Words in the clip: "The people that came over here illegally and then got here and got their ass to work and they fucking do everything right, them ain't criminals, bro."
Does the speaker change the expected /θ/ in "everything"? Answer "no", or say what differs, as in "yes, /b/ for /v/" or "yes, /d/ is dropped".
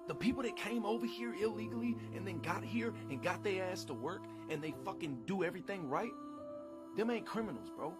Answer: no